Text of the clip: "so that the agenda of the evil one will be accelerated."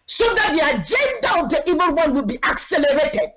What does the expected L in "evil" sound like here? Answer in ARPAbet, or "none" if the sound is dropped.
N